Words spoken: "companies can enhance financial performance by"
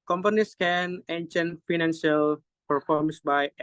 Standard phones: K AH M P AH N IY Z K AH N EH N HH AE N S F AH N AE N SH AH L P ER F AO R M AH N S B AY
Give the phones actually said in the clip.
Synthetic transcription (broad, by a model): K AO M P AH N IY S K AH N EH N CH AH N F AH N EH N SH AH L P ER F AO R M S B AY